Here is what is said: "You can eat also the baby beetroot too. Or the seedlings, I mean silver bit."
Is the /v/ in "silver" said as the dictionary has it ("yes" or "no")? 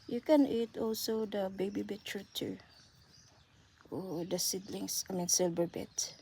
no